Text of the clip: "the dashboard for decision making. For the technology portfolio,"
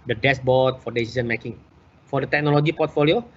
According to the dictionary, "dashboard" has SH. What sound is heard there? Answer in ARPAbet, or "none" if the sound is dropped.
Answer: S